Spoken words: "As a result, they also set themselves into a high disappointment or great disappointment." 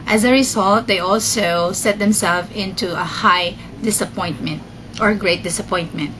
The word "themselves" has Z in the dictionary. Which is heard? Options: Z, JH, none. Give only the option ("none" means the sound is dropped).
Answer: none